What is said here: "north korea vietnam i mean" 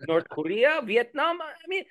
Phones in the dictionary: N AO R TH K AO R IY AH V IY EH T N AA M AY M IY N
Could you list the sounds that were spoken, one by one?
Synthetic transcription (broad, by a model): N AO R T K AO R IY AH V IY EH T N AA M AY M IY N